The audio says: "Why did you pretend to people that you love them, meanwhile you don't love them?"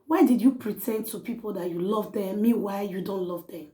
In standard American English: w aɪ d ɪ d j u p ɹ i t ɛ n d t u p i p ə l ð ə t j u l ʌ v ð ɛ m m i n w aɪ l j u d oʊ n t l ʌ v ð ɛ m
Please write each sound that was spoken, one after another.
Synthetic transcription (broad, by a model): w aɪ d ɪ d j u p ɹ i t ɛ n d t u p i p ə l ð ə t j u l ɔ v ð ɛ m m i w aɪ j u d oʊ n t l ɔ v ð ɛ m